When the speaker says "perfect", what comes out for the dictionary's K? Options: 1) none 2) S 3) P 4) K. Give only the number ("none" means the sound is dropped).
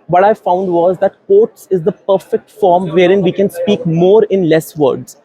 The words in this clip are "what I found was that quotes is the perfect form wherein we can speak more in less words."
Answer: 4